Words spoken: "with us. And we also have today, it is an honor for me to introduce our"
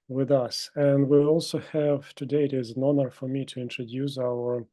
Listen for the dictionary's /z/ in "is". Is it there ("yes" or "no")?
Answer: yes